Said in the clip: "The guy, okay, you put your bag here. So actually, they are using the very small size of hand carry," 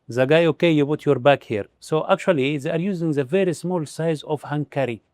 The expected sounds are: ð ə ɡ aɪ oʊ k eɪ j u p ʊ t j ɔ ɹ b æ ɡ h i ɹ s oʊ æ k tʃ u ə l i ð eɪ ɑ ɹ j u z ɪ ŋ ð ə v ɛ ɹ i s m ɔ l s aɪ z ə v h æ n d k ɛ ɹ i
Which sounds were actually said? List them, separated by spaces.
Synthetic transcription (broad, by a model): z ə ɡ aɪ oʊ k eɪ j u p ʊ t j ɔ ɹ b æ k h i ɹ s oʊ æ k tʃ u ə l i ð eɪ ɑ ɹ j u z ɪ ŋ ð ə v ɛ ɹ i s m ɔ l s aɪ z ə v h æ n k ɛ ɹ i